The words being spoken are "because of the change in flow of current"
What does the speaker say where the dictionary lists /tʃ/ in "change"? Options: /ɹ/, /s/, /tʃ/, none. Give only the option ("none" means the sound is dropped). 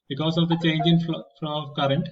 /tʃ/